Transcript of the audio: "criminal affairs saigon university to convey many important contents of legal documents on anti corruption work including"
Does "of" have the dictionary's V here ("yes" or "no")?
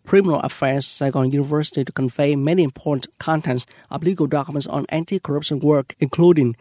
no